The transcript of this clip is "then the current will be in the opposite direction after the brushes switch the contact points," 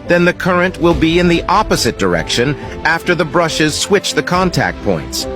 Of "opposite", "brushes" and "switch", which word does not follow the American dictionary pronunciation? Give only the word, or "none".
none